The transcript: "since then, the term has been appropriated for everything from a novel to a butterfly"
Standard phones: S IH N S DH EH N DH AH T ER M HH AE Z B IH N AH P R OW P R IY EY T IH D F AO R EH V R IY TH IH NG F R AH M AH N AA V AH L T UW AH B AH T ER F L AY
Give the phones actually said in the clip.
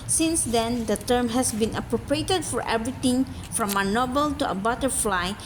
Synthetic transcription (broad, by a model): S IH N S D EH N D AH T ER M HH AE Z B IH N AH P R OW P R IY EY T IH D F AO R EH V R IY T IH NG F R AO M AH N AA B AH L T UW AH B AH T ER F L AY